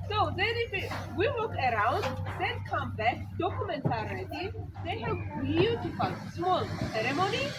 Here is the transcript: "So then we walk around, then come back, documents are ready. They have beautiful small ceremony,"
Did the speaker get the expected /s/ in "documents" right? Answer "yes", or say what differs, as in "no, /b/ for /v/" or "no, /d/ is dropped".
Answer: no, /s/ is dropped